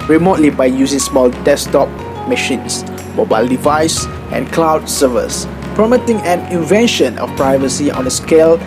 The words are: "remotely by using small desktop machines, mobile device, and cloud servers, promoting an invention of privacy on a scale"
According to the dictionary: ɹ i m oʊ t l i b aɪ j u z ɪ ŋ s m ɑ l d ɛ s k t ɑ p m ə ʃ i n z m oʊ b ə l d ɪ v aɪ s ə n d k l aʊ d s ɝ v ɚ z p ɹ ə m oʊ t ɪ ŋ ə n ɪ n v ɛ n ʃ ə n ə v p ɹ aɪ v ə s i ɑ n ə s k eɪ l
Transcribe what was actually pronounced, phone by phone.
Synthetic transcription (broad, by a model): ɹ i m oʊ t l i b aɪ j u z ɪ ŋ s m ɑ l d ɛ s t ɑ p m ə ʃ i n s m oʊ b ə l d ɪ v aɪ s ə n k l aʊ d s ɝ v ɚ s p ɹ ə m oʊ t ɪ ŋ ə n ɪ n v ɛ n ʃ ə n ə f p ɹ aɪ v ə s i ɑ n ə s k eɪ l